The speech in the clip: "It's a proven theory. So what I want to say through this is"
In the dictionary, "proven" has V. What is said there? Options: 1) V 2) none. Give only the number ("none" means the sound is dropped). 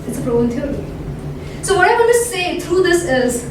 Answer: 2